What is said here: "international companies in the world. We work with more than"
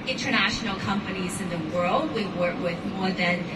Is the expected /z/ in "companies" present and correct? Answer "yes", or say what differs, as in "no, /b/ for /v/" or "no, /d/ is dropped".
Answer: yes